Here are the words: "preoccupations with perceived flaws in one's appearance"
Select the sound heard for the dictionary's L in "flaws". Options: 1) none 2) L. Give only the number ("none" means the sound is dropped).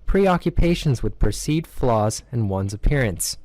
2